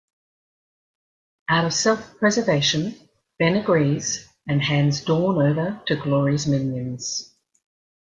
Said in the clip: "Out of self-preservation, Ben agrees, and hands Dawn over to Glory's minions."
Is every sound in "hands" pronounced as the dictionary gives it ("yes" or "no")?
yes